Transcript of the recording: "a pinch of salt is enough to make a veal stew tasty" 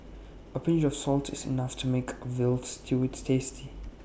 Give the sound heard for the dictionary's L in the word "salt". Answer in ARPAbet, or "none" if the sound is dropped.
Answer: L